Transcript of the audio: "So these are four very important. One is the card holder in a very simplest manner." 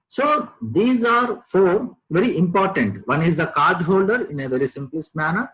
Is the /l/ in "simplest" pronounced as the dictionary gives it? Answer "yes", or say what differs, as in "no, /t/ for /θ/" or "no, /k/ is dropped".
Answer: yes